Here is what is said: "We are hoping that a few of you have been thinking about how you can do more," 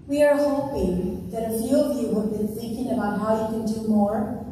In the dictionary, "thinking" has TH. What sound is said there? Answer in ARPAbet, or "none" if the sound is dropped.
S